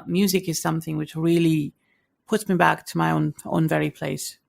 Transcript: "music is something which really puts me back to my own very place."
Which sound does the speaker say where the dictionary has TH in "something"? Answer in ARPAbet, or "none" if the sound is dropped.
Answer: TH